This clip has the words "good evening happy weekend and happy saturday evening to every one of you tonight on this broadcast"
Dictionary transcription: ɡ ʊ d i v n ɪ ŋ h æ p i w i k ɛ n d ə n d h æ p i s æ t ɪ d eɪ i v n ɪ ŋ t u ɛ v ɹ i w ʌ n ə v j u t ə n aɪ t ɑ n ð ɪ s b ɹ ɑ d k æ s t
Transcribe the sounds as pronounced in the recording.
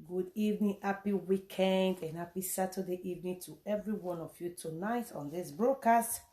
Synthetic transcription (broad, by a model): ɡ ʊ d i v n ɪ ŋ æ p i w i k ɛ n d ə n h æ p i s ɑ t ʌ d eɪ i v n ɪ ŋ t u ɛ v ɹ i w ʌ n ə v j u t ə n aɪ t ɑ n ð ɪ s b ɹ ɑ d k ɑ s t